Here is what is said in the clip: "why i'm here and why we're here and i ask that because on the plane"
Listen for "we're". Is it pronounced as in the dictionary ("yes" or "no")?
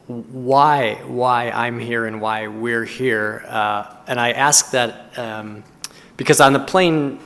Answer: yes